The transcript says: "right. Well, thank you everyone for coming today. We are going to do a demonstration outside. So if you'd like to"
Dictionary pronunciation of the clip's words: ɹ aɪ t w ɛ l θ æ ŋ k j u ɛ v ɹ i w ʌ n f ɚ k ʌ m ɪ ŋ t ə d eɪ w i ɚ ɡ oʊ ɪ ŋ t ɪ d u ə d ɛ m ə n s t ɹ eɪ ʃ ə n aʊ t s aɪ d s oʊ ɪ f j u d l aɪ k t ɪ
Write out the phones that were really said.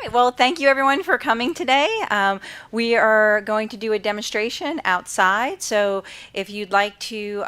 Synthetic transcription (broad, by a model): aɪ t w ɛ l θ æ ŋ k j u ɛ v ɹ i w ʌ n f ɚ k ʌ m ɪ ŋ t ə d eɪ w i ɚ ɡ oʊ ɪ ŋ t ɪ d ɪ ə d ɛ m ə n s t ɹ eɪ ʃ ə n aʊ t s aɪ d s oʊ ɪ f j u d l aɪ k t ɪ